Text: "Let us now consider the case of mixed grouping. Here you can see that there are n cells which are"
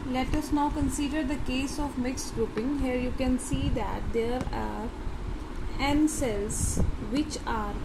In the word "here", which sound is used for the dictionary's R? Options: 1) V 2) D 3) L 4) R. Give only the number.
4